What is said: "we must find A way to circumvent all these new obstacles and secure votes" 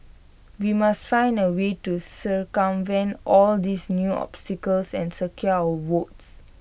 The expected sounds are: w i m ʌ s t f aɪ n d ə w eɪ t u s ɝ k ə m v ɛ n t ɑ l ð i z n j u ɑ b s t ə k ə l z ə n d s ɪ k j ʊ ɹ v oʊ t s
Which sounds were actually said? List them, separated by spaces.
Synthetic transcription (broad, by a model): w i m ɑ s t f aɪ n d ə w eɪ t u s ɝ k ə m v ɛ n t ɑ l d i s n j u ɑ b s t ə k ə l s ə n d s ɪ k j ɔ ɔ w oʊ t s